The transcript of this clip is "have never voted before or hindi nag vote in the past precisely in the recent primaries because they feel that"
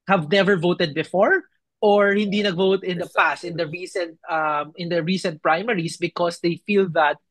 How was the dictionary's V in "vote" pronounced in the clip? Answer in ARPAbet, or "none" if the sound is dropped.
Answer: V